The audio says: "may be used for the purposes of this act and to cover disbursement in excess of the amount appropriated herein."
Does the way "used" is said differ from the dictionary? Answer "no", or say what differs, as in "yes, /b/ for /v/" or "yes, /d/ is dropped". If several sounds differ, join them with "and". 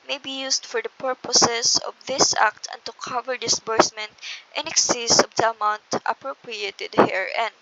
yes, /s/ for /z/